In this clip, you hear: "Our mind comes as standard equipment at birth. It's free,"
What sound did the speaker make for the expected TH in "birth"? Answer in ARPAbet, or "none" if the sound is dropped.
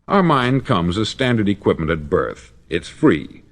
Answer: TH